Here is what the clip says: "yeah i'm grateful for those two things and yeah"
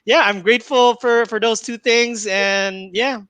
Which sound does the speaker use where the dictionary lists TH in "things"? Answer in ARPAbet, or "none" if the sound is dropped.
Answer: TH